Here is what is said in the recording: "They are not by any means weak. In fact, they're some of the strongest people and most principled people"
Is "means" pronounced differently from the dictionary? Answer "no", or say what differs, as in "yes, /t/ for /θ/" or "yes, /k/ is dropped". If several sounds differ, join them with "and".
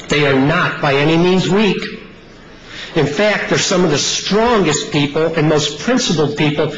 no